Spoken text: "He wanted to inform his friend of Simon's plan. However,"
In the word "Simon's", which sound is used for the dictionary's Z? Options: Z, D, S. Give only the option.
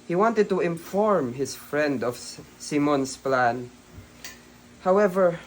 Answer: S